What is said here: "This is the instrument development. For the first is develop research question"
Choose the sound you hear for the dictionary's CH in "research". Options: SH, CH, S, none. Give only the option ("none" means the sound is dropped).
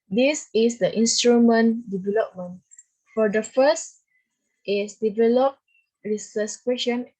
S